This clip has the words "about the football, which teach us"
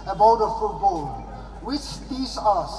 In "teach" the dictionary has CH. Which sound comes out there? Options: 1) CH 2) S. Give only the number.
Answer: 2